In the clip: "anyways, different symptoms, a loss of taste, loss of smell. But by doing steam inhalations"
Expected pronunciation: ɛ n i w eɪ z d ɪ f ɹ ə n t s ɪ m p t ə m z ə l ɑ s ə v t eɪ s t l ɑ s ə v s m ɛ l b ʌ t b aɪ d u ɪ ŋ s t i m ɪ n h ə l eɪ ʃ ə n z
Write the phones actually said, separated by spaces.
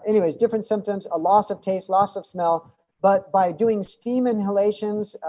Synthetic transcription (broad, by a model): ɛ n i w eɪ z d ɪ f ɹ ə n t s ɪ m p t ə m z ə l ɑ s ə v t eɪ s t l ɑ s ə v s m ɛ l b ʌ t b aɪ d u ɪ ŋ s t i m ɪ n h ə l eɪ ʃ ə n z